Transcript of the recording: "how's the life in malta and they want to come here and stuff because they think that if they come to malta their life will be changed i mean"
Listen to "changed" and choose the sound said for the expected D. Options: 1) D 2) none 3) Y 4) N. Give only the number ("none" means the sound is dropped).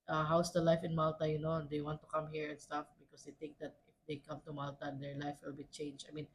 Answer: 2